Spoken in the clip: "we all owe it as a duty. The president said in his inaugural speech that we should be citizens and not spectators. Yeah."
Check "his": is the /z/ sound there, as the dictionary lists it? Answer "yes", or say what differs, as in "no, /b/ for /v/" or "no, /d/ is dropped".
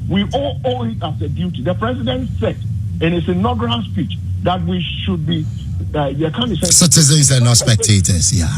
no, /s/ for /z/